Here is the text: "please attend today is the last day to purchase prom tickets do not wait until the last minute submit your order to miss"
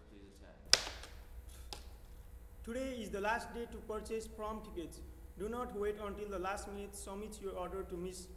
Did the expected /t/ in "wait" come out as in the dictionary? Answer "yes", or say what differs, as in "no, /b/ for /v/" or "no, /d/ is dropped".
yes